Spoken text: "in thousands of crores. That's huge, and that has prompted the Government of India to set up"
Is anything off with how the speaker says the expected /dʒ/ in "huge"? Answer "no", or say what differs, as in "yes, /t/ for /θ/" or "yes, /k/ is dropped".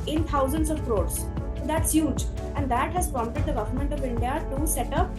no